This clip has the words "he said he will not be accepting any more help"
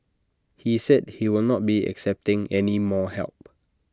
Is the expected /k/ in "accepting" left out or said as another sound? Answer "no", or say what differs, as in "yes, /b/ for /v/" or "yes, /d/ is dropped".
no